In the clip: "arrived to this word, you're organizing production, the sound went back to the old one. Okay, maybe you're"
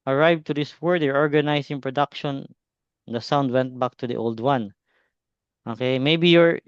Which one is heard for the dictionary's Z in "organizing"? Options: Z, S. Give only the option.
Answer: S